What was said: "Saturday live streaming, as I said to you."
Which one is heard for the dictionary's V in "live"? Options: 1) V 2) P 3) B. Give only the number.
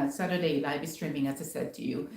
3